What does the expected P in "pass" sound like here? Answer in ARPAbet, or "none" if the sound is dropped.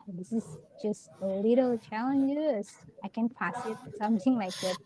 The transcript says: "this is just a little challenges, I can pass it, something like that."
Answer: F